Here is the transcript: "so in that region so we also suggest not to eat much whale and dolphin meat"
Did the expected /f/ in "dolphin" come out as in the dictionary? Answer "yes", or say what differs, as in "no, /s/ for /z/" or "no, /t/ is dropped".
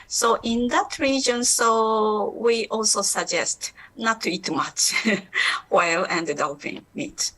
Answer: no, /p/ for /f/